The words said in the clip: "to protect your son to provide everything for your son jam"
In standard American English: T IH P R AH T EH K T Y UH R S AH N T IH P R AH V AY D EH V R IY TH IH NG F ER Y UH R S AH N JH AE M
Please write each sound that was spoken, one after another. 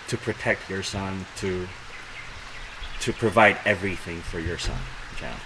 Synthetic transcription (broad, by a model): T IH P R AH T EH K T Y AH R S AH N T IH P R AH V AY D EH V R IY TH IH NG F ER Y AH R S AH N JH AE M